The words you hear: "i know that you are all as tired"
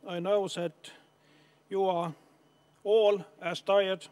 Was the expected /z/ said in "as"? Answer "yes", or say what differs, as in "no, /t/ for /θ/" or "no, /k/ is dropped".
no, /s/ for /z/